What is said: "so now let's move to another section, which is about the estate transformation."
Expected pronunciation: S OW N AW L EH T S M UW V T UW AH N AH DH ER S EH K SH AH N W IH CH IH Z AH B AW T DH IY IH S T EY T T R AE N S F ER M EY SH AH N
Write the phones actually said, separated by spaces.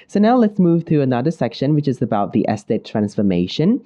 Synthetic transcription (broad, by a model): S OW N AW L EH T S M UW V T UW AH N AH DH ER S EH K SH AH N W IH CH IH Z AH B AW T DH IY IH S T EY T T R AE N S F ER M EY SH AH N